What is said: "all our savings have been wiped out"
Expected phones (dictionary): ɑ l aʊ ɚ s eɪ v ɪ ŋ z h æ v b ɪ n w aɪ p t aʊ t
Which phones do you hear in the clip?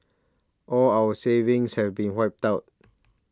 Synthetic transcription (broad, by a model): ɑ l aʊ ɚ s eɪ v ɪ ŋ s h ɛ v b ɪ n w aɪ p t aʊ t